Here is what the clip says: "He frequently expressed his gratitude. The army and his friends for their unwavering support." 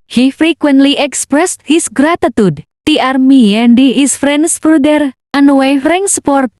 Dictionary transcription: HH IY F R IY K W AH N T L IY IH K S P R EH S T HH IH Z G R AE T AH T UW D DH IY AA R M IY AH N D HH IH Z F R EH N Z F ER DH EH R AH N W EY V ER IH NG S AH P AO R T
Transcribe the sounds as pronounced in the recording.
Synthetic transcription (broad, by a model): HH IY F R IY K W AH N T L IY IH K S P R EH S T HH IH S G R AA T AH T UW D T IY AA R M IY AH N D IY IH S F R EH N S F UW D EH R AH N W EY F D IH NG S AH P AO R T